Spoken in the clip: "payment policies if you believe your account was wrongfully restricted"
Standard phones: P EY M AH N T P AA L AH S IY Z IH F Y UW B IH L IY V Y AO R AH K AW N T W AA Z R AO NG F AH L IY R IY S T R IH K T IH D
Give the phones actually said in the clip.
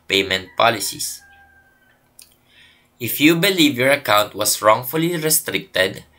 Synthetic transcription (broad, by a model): P EY M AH N T P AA L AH S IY S IH F Y UW B IH L IY V Y AO R AH K AW N T W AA S R AO NG F AH L IY R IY S T R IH K T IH D